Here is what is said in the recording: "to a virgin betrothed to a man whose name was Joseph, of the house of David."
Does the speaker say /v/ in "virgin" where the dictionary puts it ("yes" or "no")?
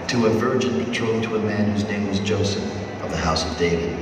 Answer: yes